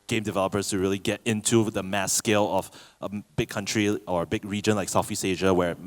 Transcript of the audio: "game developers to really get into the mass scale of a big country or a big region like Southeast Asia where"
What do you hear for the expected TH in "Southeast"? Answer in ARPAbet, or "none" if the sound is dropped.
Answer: F